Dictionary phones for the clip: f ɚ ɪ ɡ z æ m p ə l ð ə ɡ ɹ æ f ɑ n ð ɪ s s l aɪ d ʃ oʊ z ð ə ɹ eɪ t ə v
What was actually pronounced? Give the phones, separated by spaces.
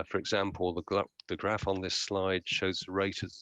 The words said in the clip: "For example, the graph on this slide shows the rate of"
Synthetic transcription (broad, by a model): f ɚ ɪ ɡ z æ m p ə l ð ə ɡ ɹ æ f n ð ɪ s s l aɪ d ʃ oʊ z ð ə ɹ eɪ t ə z